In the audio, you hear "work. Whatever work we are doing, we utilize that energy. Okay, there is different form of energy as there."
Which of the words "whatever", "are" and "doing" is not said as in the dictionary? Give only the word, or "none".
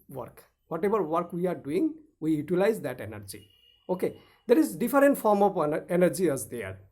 whatever